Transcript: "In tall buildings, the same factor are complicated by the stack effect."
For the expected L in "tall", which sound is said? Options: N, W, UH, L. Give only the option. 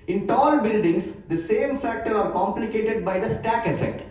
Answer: L